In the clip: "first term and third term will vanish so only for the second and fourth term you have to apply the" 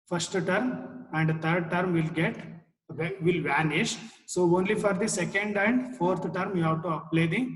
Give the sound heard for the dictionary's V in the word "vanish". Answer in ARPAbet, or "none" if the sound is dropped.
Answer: V